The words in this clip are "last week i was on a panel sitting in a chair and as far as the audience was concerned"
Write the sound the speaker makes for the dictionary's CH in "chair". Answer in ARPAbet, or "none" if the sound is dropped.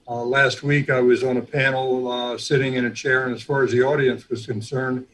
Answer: CH